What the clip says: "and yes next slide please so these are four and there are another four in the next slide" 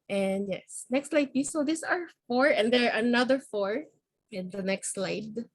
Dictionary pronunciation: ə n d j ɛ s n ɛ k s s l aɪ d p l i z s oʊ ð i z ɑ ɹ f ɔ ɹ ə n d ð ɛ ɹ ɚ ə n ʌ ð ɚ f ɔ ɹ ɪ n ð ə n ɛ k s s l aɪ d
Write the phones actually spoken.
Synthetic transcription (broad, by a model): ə n d j ɛ s n ɛ k s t l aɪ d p i s oʊ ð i s ɑ ɹ f ɔ ɹ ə n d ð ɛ ɹ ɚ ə n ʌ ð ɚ f ɔ ɹ ɪ n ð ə n ɛ k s s l aɪ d